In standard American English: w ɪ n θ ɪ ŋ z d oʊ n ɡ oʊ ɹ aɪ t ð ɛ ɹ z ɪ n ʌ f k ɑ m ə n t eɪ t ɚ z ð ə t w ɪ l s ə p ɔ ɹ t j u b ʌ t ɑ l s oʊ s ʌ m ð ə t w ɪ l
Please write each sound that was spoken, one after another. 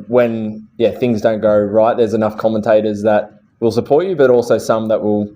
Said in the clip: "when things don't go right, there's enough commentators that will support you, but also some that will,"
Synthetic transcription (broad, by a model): w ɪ n θ ɪ ŋ z d oʊ n ɡ oʊ ɹ aɪ t ð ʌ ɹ z ɪ n ʌ f k ɑ m ə n t eɪ t ɚ z ð ə t w ɪ l s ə p ɔ ɹ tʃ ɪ b ʌ t ɑ l s oʊ s ʌ m ð ə t w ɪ l